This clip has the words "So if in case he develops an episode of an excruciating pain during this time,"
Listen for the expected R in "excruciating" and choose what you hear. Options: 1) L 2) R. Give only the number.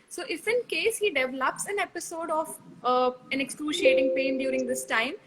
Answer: 1